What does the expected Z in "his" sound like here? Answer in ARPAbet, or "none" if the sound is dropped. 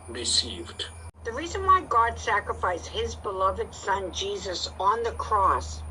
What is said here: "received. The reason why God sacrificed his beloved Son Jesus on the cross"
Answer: Z